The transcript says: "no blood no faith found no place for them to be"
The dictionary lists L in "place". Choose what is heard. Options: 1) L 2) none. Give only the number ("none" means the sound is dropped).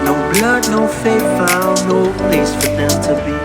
2